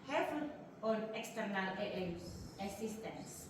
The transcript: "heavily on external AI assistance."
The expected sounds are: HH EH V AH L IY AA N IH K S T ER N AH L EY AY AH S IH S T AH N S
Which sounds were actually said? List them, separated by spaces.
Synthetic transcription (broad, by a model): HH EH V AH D AA N IH K S T ER N AH L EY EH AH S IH S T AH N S